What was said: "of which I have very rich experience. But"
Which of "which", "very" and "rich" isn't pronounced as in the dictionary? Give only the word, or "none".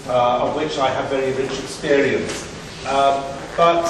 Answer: none